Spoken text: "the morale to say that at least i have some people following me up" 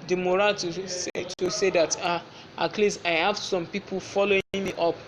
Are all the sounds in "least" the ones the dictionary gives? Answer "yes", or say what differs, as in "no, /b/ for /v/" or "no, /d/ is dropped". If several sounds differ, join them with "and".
no, /t/ is dropped